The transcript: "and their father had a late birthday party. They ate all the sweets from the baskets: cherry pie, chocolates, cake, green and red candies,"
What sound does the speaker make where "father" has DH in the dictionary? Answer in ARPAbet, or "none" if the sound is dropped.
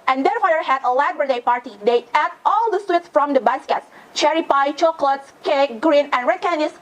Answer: none